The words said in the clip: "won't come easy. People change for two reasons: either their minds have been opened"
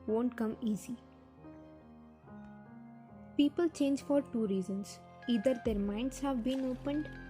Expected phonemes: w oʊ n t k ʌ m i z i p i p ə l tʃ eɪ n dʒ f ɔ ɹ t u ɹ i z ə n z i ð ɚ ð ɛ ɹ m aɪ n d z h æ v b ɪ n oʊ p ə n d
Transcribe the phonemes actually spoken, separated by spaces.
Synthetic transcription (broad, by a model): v oʊ n t k ʌ m i z i p i p ə l tʃ eɪ n dʒ f ɔ ɹ t u ɹ i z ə n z i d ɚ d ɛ ɹ m aɪ n d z h æ v b ɪ n oʊ p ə n d